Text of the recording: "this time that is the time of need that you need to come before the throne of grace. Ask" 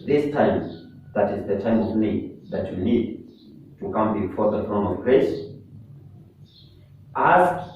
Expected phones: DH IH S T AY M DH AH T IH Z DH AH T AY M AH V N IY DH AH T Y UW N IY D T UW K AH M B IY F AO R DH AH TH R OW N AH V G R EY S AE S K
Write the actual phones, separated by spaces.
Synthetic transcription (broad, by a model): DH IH S T AY M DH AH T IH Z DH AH T AY M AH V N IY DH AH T Y UW N IY D T UW K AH M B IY F AO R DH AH F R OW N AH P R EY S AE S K